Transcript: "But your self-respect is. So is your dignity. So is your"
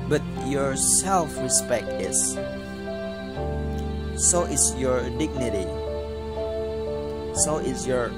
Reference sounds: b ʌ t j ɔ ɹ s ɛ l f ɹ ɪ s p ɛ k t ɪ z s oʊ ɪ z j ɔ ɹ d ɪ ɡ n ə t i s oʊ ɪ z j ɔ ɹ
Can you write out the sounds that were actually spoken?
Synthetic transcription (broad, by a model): b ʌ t j ɔ ɹ s ɛ l f ɹ ɪ s p ɛ k t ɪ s s oʊ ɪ s j ɔ ɹ d ɪ ɡ n ə t i s oʊ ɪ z j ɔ ɹ